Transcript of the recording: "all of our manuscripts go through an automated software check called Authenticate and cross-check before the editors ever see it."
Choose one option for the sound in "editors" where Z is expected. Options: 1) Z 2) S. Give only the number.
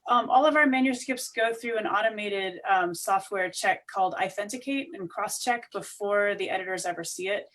1